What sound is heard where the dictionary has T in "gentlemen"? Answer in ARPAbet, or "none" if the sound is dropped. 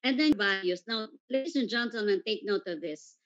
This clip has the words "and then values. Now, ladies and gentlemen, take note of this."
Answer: S